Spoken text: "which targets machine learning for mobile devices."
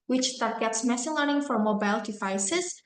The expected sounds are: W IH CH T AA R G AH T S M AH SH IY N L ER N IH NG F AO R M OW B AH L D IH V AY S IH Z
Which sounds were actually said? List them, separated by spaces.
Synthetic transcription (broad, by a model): W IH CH T AA R G AH T S M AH S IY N L ER N IH NG F AO R M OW B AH L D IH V AY S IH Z